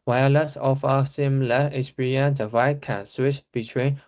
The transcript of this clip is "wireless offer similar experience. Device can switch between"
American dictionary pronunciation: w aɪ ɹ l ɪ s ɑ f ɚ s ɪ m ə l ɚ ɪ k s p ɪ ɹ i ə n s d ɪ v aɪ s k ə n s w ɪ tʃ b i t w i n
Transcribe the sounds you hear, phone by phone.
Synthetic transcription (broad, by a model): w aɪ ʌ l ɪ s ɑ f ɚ s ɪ m l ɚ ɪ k s p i ɹ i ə n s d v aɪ k ə n s w ɪ tʃ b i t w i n